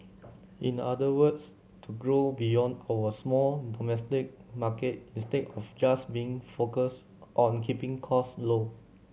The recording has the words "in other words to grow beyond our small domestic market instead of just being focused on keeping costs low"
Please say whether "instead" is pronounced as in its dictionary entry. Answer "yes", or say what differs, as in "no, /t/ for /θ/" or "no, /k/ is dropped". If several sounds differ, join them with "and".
no, /n/ is dropped